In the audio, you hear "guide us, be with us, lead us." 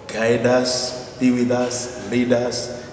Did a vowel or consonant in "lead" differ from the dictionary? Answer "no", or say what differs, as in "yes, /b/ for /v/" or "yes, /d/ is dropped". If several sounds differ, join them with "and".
no